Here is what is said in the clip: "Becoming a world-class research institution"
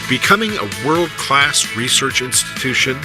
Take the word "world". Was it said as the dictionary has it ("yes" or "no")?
yes